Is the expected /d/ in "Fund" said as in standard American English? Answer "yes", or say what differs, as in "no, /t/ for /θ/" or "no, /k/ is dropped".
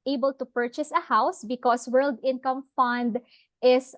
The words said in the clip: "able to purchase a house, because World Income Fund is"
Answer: yes